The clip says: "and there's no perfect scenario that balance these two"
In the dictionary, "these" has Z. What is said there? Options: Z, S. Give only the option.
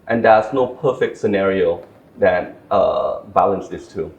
S